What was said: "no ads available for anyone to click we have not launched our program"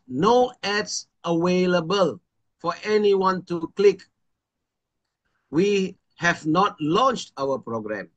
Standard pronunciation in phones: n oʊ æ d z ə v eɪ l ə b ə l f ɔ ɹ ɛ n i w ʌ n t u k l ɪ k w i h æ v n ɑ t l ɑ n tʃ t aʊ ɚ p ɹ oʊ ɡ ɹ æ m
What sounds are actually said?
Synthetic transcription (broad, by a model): n oʊ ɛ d s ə w eɪ l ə b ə l f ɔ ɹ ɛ n i w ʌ n t u k l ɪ k w i h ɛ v n ɑ t l ɑ n tʃ t aʊ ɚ p ɹ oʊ ɡ ɹ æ m